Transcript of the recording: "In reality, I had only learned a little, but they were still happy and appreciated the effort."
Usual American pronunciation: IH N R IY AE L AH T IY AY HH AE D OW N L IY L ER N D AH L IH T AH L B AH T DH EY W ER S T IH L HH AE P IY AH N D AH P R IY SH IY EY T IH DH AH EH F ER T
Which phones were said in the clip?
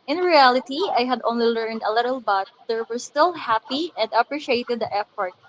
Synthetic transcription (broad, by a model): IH N R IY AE L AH T IY AY HH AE D OW N L IY L ER N D AH L IH T AH L B AH T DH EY W ER S T IH L HH AE P IY AH N D AH P R IY SH IY EY T IH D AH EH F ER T